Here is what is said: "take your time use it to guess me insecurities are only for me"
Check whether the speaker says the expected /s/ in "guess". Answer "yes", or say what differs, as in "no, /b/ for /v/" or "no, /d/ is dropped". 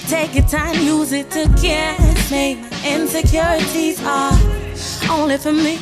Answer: no, /s/ is dropped